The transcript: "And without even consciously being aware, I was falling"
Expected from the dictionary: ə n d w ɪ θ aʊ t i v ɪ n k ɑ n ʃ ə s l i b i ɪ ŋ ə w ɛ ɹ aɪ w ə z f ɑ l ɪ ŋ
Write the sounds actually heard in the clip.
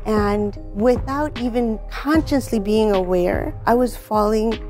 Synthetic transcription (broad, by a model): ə n w ɪ θ aʊ t i v ɪ n k ɑ n ʃ ə s l i b i ɪ ŋ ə w ɛ ɹ aɪ w ə z f ɑ l ɪ ŋ